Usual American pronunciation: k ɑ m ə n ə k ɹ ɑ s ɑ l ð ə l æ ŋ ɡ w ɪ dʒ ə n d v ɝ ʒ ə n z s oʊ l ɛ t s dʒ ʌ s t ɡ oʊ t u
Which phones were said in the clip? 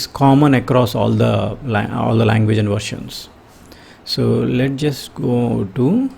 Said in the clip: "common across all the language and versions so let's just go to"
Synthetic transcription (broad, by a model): k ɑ m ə n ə k ɹ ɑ s ɑ l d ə l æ ŋ ɡ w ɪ dʒ ə n d v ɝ ʃ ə n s s oʊ l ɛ t dʒ ʌ s t ɡ oʊ t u